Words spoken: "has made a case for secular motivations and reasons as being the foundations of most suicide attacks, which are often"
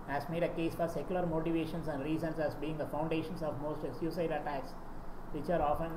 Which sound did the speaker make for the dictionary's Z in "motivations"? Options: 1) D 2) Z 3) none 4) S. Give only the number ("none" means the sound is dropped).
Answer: 4